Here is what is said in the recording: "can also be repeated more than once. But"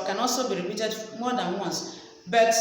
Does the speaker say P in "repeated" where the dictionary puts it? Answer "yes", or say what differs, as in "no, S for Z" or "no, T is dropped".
no, B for P